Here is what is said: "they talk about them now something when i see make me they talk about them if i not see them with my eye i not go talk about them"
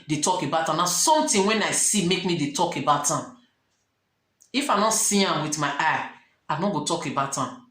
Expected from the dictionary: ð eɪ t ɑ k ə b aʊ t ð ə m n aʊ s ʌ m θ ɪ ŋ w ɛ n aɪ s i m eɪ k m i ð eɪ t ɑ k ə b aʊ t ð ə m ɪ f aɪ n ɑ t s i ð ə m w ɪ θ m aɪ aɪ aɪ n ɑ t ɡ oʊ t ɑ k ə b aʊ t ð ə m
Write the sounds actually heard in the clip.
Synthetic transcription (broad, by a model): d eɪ t ɑ k ə b aʊ t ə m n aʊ s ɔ m t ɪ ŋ w ɛ n aɪ s i m eɪ k m i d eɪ t ɑ k ə b aʊ t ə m ɪ f aɪ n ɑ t s i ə m w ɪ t m aɪ aɪ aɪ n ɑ ɡ oʊ t ɑ k ə b aʊ t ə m